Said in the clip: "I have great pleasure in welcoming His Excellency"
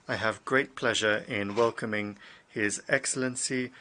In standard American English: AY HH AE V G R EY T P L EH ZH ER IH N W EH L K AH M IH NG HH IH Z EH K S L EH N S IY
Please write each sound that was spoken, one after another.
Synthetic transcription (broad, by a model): AY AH V G R EY T P L EH ZH ER IH N W EH L K AH M IH NG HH IH Z EH K S L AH N S IY